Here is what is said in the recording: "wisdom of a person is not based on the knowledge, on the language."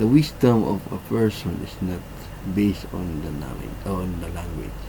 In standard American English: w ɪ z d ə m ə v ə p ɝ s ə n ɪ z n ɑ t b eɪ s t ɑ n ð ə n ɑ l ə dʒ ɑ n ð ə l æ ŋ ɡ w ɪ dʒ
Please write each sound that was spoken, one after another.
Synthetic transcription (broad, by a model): w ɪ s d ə m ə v ə p ɝ s ə n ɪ s n ɑ t b eɪ s t ɑ n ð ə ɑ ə ɑ n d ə l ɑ ŋ ɡ w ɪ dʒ